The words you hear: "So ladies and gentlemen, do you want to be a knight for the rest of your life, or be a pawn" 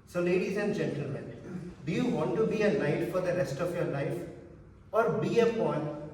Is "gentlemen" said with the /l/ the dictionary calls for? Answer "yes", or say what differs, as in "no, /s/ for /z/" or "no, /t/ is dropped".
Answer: yes